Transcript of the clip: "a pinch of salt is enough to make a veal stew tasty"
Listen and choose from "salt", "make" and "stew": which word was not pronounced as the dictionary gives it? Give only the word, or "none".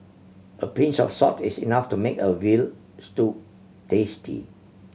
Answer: salt